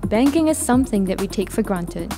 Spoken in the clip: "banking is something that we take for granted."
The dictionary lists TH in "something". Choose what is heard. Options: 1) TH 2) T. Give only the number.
1